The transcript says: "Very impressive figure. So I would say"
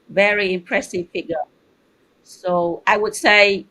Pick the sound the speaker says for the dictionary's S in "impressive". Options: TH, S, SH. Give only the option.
S